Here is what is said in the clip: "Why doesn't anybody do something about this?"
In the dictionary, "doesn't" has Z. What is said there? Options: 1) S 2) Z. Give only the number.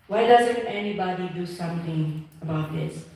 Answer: 2